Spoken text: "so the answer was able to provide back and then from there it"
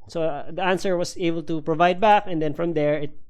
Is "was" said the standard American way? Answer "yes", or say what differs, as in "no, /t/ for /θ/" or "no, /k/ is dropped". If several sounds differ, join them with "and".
no, /s/ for /z/